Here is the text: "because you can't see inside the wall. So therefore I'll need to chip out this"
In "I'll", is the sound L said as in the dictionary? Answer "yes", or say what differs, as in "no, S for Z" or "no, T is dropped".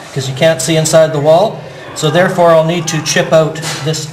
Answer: yes